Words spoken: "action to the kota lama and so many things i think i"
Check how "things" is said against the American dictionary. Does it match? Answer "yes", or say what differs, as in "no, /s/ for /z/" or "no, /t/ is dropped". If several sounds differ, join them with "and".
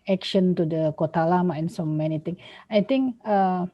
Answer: no, /t/ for /θ/ and /z/ is dropped